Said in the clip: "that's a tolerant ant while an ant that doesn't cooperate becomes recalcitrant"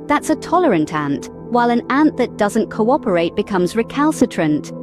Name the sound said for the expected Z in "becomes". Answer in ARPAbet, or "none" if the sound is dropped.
Z